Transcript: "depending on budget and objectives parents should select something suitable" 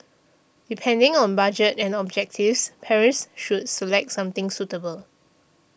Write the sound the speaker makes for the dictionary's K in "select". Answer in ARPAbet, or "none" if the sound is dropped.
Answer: K